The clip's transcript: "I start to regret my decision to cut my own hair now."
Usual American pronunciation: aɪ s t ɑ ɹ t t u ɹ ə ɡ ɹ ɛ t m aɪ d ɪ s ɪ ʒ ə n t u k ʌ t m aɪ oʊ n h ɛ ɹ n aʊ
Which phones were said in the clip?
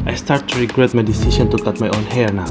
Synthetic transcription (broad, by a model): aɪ s t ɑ ɹ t t u ɹ ə ɡ ɹ ɛ t m aɪ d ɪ s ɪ s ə n t u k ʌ t m aɪ oʊ n h ɛ ɹ n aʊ